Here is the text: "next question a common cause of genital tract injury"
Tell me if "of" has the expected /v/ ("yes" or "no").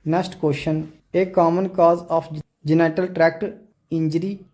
no